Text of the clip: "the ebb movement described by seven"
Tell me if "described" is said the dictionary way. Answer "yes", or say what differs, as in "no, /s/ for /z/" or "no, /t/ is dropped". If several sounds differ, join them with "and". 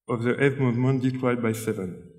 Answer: no, /b/ is dropped